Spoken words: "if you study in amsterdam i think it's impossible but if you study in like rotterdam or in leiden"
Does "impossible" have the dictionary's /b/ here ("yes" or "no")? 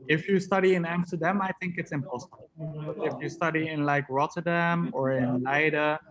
no